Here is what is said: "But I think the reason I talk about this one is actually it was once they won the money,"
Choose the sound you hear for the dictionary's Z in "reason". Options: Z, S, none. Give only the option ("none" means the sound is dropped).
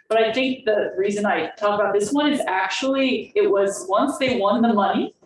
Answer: Z